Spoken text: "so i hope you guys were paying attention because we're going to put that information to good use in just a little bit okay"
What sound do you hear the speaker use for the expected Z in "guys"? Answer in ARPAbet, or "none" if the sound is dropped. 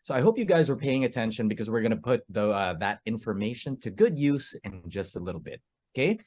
Z